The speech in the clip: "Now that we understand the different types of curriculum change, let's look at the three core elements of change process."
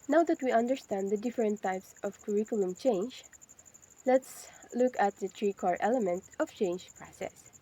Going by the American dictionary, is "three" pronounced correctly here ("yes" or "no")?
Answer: no